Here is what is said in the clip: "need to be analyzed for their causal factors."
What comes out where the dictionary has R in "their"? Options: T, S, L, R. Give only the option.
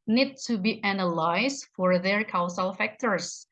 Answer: R